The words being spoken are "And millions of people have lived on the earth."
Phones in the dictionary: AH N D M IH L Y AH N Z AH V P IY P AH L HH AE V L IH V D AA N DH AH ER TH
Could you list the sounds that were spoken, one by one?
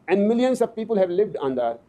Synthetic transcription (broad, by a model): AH N D M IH L Y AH N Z AH V P IY P AH L HH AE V L IH V D AA N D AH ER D